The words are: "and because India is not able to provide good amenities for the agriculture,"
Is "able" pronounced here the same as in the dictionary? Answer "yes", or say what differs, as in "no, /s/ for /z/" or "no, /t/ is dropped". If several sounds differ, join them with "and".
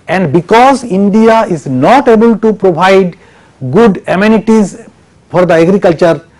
yes